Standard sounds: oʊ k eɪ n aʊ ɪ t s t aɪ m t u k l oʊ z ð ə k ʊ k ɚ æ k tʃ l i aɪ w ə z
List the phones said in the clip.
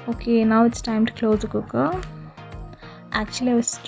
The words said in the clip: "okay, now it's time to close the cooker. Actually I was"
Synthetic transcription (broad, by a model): oʊ k eɪ n aʊ ɪ t s t aɪ m t u k l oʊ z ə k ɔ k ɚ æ k tʃ i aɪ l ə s